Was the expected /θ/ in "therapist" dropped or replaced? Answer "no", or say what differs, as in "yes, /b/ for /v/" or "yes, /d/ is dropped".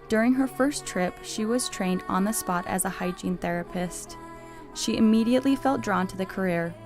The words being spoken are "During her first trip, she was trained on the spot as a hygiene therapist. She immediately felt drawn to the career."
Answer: no